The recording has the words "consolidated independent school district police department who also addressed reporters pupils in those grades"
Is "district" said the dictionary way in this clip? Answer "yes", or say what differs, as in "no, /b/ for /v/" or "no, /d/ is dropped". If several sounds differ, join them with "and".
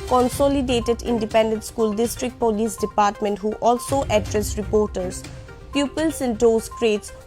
yes